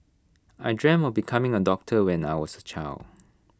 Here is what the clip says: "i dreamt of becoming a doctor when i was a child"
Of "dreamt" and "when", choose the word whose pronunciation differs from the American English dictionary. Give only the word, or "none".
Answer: dreamt